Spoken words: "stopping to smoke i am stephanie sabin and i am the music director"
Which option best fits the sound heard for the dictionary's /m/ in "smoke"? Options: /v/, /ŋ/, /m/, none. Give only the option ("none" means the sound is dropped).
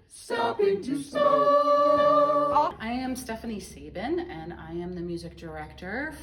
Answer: none